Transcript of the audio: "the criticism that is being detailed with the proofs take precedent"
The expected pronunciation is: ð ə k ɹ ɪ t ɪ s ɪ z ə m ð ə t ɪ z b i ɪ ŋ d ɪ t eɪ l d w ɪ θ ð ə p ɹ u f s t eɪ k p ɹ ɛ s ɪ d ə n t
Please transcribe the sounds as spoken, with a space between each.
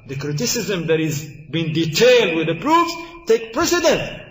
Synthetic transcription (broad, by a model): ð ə k ɹ ɪ t ɪ s ɪ z ə m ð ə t ɪ z b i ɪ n d ɪ t eɪ l d w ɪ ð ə p ɹ u f s t eɪ k p ɹ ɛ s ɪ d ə n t